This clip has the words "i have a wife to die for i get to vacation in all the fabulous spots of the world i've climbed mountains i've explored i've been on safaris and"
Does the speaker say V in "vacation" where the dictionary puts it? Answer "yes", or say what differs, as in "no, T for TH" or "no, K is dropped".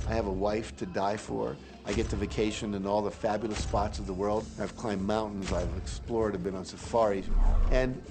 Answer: yes